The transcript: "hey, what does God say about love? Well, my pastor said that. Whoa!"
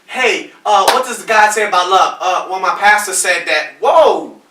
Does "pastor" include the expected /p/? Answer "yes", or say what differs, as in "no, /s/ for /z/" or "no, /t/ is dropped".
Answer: yes